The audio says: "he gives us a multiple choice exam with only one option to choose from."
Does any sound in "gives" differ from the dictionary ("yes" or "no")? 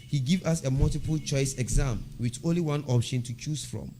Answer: yes